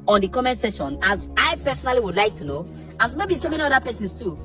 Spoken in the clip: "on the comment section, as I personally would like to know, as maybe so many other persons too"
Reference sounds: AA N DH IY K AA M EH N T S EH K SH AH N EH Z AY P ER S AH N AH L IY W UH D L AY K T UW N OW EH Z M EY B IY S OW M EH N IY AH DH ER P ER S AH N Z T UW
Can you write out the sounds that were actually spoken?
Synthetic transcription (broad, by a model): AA N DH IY K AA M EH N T S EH SH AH N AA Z AY P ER S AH N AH L IY W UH D L AY K T UW N OW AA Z M EY B IY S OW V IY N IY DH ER P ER S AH N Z T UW